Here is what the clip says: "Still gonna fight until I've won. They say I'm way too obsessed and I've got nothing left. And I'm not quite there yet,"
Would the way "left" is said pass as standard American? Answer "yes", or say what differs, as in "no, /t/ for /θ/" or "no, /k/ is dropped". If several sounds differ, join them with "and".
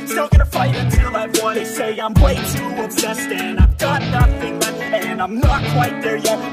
no, /f/ is dropped